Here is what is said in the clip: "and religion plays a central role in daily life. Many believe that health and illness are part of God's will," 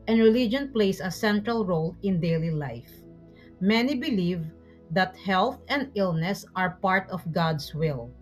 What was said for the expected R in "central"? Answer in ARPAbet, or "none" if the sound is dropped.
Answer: R